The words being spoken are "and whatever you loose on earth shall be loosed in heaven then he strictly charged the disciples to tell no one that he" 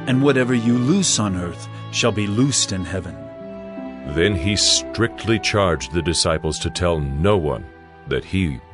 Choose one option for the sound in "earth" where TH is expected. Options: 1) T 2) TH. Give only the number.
2